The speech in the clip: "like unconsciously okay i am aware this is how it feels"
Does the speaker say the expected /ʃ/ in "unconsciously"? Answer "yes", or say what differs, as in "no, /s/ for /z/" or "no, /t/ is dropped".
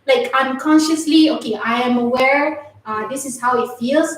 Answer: yes